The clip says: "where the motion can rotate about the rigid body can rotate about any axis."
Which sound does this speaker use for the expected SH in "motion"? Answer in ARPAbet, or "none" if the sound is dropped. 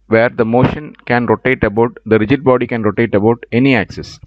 SH